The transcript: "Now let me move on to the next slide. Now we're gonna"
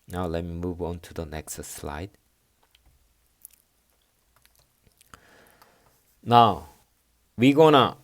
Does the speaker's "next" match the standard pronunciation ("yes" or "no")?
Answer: yes